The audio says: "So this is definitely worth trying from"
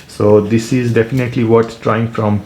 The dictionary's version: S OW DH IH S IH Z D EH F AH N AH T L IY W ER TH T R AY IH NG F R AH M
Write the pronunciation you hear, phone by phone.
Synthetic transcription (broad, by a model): S OW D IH S IH Z D EH F AH N AH T L IY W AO S T R AY IH NG F R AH M